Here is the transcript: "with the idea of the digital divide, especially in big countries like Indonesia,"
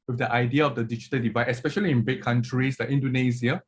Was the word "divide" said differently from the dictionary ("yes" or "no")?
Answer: no